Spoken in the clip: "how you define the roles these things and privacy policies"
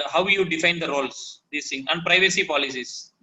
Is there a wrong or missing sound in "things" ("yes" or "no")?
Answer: yes